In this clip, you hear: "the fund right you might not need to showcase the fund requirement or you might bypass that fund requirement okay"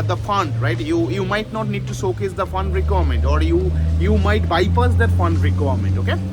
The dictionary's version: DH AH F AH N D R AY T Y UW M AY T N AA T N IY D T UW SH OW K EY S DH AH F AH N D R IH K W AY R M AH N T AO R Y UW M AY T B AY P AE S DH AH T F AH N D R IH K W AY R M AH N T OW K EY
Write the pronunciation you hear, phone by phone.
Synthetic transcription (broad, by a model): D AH F AH N D R AY T Y UW M AY T N AA T N IY D T UW S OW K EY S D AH F AH N D R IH K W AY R M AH N T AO R Y UW M AY T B AY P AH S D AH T F AH N D R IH K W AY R M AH N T OW K EY